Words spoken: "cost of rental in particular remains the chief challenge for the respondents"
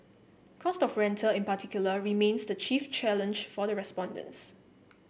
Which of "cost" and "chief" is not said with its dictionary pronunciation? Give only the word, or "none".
none